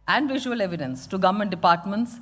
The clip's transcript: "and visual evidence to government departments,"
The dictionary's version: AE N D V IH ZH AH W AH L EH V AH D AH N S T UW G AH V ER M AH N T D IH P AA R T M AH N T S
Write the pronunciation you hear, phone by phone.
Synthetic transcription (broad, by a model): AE N D V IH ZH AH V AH L EH V AH D AH N S T UW G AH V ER M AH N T D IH P AA R T M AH N T S